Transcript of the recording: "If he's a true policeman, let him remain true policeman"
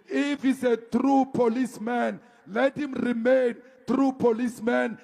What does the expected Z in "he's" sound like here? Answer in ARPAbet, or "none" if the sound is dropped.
S